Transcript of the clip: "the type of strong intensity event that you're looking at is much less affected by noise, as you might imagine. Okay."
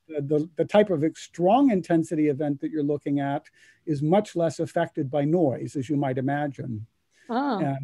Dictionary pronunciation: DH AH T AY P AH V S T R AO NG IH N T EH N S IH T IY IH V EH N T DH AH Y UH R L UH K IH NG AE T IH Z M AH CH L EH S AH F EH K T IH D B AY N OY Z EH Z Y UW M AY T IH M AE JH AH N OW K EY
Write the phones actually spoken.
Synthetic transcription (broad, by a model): DH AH T AY P AH V S T R AO NG IH N T EH N S IH T IY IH V EH N DH AH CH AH R L UH K IH NG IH T IH Z M AH CH L EH S AH F EH K T IH D B AY N OY Z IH Z Y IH M AY T IH M AE JH AH N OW